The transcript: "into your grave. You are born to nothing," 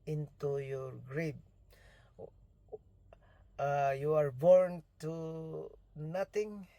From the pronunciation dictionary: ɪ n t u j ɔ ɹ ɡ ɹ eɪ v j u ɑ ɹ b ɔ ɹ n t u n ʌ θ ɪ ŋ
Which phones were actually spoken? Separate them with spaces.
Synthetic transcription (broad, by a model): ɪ n t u j ɔ ɹ ɡ ɹ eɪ b j u ɑ ɹ b ɔ ɹ n t u n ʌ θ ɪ ŋ